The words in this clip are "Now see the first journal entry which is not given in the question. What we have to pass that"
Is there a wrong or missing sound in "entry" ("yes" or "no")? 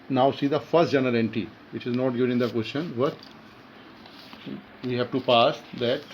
yes